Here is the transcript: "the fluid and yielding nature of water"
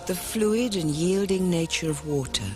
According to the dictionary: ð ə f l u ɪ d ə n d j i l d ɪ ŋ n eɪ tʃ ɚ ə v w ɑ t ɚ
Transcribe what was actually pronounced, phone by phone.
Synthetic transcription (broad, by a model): ð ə f l u ɪ d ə n j i l d ɪ ŋ n eɪ tʃ ɚ ə v w ɑ t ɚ